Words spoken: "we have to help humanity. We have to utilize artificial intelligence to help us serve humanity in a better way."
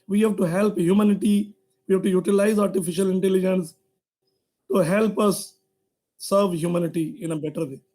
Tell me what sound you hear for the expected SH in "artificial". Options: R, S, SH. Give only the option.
SH